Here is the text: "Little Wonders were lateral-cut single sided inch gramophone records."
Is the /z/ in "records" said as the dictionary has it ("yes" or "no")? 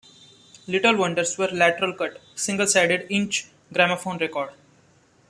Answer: no